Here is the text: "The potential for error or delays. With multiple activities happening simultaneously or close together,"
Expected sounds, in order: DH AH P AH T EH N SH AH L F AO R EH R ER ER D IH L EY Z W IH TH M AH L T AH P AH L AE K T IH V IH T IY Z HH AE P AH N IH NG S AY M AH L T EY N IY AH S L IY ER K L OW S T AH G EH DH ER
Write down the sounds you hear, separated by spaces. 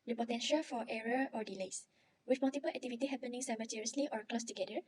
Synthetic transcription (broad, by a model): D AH P AH T EH N SH AH L F AO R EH R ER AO D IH L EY S W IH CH M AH L T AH P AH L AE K T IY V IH T IY HH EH P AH N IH NG S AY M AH T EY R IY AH S L IY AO K L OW S T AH G EH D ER